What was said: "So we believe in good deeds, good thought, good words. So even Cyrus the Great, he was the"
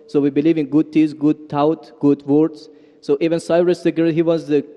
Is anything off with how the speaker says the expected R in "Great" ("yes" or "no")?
yes